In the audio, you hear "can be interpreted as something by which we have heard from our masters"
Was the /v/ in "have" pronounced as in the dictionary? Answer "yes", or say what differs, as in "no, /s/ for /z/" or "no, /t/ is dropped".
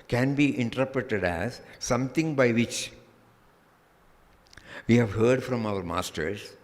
yes